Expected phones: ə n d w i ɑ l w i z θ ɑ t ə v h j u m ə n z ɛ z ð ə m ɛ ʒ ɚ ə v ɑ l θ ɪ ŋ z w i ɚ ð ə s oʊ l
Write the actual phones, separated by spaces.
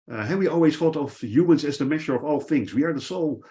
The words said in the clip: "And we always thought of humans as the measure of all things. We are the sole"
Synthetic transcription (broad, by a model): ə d w i ɑ l w i z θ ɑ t ə v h j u m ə n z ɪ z ð ə m ɛ ʃ ɚ ə v ɑ l θ ɪ ŋ z w i ɚ ð ə s oʊ l